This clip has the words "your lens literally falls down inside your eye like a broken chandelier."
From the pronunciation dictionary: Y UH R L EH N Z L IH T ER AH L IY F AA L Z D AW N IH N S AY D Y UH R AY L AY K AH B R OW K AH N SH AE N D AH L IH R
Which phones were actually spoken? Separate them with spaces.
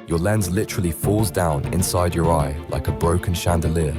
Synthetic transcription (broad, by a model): Y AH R L EH N Z L IH T ER AH L IY F AA L Z D AW N IH N S AY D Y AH R AY L AY K AH B R OW K AH N SH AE N D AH L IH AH